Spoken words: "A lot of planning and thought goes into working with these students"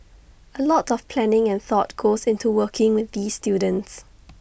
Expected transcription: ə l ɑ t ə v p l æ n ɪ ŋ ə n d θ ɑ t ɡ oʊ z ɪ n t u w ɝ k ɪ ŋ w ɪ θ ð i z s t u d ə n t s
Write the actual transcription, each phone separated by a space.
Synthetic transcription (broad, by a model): ə l ɑ t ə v p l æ n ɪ ŋ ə n θ ɑ t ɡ oʊ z ɪ n t u w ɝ k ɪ ŋ w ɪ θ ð i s t u d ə n t s